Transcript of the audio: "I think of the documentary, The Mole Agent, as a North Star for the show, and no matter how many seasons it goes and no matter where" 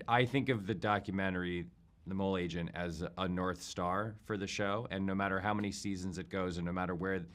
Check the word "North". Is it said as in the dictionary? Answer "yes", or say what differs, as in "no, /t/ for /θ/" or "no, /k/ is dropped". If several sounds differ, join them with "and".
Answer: yes